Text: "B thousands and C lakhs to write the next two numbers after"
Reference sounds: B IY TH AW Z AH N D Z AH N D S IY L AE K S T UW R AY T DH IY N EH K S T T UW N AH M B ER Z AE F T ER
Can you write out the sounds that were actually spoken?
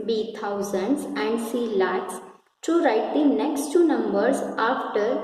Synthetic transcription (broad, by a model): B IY T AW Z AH N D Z AH N D S IY L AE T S T UW R AY T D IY N EH K S T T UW N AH M B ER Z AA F T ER